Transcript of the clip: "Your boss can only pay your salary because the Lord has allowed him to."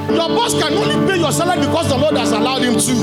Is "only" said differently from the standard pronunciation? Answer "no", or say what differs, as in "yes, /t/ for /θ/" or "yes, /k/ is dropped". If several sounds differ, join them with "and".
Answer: no